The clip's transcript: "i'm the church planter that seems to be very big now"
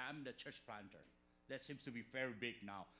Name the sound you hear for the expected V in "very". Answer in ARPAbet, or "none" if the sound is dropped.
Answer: F